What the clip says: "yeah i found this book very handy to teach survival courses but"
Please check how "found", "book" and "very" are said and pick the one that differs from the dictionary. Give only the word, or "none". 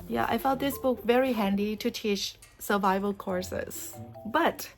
found